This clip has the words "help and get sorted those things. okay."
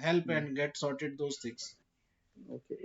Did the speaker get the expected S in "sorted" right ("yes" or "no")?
yes